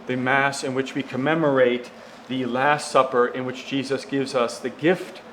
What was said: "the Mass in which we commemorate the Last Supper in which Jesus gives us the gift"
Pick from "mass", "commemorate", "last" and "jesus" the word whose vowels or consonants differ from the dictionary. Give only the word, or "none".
none